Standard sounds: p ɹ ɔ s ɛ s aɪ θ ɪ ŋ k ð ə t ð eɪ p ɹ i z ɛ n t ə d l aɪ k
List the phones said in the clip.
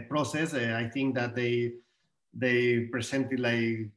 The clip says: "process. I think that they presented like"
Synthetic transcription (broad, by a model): p ɹ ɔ s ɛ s aɪ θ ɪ ŋ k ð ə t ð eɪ p ɹ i s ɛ n t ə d l aɪ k